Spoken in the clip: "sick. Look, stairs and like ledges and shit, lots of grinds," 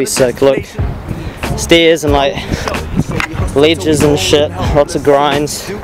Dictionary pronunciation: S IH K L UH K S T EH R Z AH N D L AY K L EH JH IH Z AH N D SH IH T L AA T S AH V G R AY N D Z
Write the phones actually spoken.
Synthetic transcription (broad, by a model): S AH K L UH K S T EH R Z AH N L AY K L EH JH IH Z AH N SH IH T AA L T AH G R AY N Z